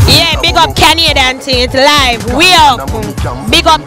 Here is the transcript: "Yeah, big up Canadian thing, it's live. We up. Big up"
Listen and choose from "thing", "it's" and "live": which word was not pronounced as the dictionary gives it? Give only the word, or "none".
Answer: thing